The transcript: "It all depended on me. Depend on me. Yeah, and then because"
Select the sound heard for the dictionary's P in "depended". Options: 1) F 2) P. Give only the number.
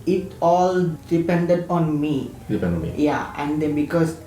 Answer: 2